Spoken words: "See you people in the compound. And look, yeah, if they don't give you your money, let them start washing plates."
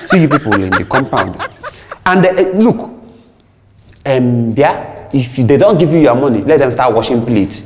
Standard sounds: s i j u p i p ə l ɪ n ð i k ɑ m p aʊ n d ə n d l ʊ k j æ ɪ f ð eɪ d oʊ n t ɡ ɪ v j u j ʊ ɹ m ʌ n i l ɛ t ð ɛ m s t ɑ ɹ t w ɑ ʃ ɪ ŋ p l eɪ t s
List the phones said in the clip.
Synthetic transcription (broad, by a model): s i j u p i p ə l ɪ n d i k ɑ m p aʊ n d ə n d l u k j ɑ ɪ f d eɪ d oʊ n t ɡ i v j u j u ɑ m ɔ n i l ɛ t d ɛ m s t ɑ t w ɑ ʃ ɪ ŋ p l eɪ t